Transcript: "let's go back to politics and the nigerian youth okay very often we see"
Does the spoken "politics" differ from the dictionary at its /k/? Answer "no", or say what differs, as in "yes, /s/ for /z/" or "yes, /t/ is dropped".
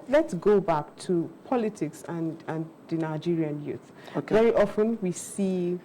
no